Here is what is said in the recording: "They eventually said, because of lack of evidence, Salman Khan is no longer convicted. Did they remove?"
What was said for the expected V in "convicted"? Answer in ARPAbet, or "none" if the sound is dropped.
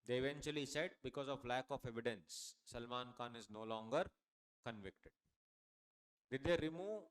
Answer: V